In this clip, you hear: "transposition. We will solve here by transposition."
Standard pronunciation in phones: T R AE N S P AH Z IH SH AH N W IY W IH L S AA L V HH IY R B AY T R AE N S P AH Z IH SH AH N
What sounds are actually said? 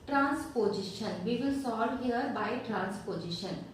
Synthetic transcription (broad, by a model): T R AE N S P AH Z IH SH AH N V IY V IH L S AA V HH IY R B AY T R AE N S P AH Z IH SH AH N